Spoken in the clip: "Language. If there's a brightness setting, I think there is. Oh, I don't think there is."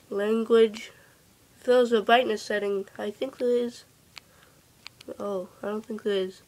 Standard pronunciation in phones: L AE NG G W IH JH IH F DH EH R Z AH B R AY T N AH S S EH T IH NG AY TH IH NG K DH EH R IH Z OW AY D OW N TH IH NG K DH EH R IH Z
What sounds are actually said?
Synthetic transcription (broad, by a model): L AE NG G W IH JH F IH L Z AH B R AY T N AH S S EH T IH NG AY TH IH NG K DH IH IH Z OW AY D OW N TH IH NG K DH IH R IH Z